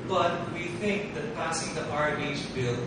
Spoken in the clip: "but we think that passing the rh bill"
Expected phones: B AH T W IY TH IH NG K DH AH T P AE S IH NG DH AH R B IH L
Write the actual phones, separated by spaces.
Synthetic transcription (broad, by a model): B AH T W IY TH IH NG K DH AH T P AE S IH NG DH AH R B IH L